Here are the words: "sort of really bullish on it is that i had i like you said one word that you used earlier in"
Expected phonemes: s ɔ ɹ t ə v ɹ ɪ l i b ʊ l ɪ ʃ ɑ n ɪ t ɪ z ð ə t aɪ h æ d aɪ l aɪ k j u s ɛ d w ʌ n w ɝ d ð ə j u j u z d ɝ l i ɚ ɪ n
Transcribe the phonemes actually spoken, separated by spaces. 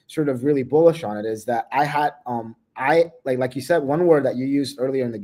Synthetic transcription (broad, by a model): s ɔ ɹ t ə v ɹ ɪ l i b ʊ l ɪ ʃ n ɪ t ɪ z ð ə t aɪ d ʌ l aɪ l aɪ k j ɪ s ɛ d w ʌ n w ɝ d ð ə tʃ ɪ j u z d ɝ l i ɚ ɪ n